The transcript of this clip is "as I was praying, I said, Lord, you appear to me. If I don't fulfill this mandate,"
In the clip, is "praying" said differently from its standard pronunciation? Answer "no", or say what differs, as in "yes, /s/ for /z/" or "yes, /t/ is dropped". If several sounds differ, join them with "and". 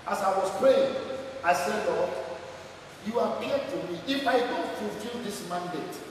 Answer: no